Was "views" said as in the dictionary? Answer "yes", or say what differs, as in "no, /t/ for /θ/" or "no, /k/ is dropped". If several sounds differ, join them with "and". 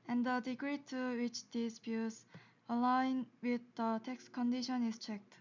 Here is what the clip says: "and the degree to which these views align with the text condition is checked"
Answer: no, /s/ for /z/